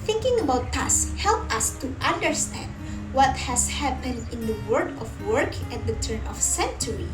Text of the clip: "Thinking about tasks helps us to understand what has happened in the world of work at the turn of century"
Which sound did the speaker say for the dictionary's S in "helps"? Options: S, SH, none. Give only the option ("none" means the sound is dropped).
none